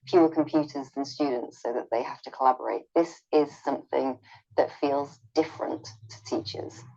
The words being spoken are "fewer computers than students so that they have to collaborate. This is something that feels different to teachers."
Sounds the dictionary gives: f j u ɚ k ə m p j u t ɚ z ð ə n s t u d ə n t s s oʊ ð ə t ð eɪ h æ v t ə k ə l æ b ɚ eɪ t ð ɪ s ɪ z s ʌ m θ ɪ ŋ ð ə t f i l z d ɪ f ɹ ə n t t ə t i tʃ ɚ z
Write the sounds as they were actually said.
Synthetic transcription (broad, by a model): f j u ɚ k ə m p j u t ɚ z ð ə n s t u d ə n t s s oʊ ð ə t ð eɪ h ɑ f t ə k ə l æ b ɚ eɪ t ð ɪ s ɪ z s ʌ m θ ɪ ŋ ð ə t f i l z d ɪ f ɹ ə n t t ə t i tʃ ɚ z